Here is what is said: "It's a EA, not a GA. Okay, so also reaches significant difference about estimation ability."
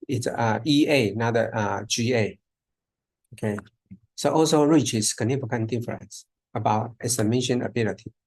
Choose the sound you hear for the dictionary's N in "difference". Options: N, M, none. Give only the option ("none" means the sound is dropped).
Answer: none